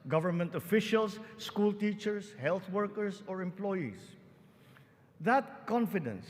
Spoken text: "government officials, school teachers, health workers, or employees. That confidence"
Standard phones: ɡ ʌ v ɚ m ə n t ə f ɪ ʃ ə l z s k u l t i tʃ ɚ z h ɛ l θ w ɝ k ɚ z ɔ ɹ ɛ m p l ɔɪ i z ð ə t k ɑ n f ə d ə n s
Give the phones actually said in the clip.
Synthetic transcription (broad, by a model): ɡ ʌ v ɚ m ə n t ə f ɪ ʃ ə l s k u l t i tʃ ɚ s h ɛ l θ w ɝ k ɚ s ɔ ɹ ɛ m p l ɔɪ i s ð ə t k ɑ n f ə d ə n s